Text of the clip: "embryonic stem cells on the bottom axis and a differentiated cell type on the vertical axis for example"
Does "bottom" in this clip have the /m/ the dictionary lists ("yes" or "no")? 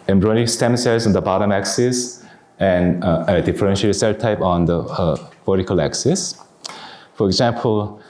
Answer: yes